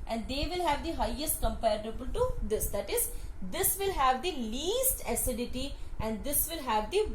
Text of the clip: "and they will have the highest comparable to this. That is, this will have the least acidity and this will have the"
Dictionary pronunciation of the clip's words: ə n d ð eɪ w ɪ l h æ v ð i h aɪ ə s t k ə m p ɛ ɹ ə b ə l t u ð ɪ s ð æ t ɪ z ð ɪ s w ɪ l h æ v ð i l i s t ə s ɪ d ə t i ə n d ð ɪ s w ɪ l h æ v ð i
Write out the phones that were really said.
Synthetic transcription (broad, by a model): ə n d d eɪ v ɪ l h æ v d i h aɪ ə s t k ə m p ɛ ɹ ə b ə l t u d ɪ s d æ t ɪ z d ɪ s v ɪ l h æ v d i l i s t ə s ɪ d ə t i ə n d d ɪ s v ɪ l h æ v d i